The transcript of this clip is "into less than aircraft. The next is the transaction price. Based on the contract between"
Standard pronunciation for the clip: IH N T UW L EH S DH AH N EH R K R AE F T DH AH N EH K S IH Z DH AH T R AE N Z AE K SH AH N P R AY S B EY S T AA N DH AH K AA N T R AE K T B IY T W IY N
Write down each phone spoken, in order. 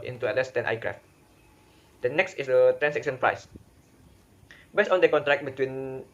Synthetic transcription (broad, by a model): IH N T UW L EH S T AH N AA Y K R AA F T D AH N EH K S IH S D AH T R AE N S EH K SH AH N P R AY S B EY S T AA N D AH K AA N T R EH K B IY T W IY N